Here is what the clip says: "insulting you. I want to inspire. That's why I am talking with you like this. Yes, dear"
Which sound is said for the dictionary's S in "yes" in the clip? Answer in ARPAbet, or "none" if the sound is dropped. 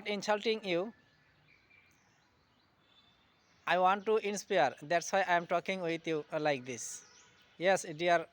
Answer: S